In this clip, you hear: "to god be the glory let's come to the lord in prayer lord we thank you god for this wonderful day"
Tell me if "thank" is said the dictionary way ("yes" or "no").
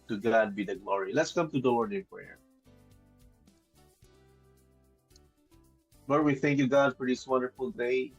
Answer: yes